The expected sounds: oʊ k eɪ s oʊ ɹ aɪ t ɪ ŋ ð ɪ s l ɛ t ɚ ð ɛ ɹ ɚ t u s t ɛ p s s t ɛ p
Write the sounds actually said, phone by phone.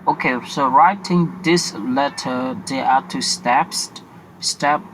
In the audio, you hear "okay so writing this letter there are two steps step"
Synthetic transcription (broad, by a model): oʊ k eɪ s oʊ ɹ aɪ t ɪ ŋ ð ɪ s l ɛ t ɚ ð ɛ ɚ t u s t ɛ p s s t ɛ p